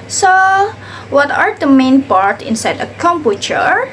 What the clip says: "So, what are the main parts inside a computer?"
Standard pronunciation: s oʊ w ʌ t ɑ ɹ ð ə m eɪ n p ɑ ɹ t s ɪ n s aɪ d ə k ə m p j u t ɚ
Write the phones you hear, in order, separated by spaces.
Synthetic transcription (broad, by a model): s oʊ w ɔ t ɑ ɹ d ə m eɪ n p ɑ ɹ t ɪ n s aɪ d ə k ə m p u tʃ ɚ